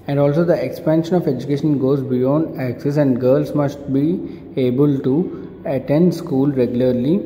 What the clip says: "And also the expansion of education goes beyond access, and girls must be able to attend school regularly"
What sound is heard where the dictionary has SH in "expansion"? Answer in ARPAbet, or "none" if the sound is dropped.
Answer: SH